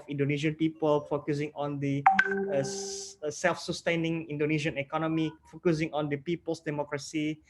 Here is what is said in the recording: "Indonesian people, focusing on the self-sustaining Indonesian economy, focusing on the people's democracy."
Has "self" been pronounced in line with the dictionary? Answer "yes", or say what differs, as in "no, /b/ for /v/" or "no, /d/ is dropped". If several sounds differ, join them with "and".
yes